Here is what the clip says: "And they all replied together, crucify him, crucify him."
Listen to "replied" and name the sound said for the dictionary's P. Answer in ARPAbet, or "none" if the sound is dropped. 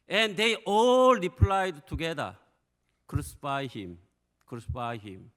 P